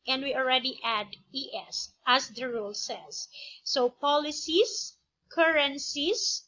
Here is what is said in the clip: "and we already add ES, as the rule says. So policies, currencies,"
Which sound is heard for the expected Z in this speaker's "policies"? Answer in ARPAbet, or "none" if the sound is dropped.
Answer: S